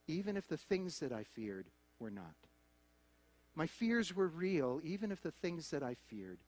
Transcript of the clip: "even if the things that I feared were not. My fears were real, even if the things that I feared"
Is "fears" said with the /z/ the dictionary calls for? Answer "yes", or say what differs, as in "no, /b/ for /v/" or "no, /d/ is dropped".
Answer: yes